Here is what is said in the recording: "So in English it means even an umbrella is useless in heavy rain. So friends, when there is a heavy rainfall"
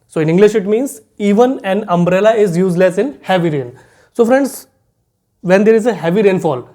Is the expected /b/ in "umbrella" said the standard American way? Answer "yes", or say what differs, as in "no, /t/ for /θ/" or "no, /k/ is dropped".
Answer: yes